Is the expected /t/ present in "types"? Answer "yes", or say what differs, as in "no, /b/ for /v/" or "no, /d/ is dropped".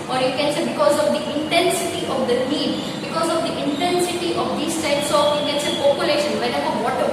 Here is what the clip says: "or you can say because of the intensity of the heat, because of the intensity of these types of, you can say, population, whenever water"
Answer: no, /s/ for /t/